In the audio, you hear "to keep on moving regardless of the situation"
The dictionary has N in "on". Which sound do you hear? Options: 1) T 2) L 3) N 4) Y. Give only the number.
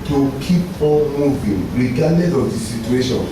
2